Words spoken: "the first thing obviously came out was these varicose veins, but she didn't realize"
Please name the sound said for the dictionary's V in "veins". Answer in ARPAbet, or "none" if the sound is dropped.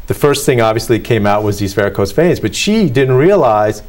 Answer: F